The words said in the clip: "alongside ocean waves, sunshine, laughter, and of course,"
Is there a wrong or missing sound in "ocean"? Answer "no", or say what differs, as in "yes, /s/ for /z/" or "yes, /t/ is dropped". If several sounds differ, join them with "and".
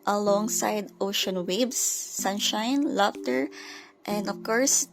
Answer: no